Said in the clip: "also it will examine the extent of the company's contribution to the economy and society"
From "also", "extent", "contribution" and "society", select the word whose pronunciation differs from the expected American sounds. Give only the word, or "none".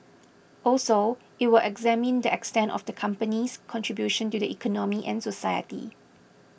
none